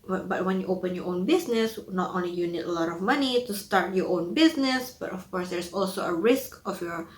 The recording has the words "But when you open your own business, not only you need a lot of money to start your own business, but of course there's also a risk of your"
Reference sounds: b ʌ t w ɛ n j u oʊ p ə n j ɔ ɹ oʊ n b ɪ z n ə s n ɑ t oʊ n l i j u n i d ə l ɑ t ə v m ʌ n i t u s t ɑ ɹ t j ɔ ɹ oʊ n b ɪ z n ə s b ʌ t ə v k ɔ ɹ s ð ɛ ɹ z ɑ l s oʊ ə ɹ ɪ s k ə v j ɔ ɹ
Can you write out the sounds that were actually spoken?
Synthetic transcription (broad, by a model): b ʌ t w ɛ n j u oʊ p ə n j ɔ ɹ oʊ n b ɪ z n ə s n ɑ t oʊ n l i j u n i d ə l ɑ t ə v m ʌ n i t u s t ɑ ɹ t j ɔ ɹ oʊ n b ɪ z n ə s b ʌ t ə f k ɔ ɹ s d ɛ ɹ s ɑ l s oʊ ə ɹ ɪ s k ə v j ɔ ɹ